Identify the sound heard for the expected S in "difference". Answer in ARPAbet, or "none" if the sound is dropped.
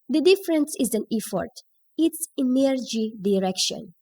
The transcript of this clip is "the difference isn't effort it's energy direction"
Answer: S